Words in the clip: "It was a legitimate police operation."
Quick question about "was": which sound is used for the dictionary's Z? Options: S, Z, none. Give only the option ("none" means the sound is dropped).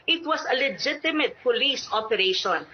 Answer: S